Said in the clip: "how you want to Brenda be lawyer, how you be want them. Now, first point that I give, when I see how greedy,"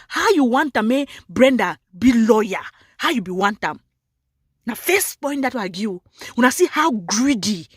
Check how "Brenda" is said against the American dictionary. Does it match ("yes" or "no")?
yes